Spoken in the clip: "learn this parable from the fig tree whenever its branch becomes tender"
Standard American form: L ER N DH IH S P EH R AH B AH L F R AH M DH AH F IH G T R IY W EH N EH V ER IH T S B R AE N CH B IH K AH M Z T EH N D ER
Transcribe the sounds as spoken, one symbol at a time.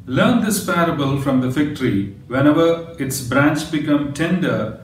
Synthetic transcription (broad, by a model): L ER N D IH S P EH R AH B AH L F R AH M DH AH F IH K T R IY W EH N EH V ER IH T S B R AE N CH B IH K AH M T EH N D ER